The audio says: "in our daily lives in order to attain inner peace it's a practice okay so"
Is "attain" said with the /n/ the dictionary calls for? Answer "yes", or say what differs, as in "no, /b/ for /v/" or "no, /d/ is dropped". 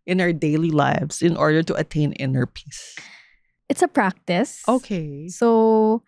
yes